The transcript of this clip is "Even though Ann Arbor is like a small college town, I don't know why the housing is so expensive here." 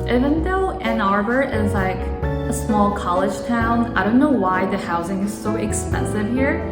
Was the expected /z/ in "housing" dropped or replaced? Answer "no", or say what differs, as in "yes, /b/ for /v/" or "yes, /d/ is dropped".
no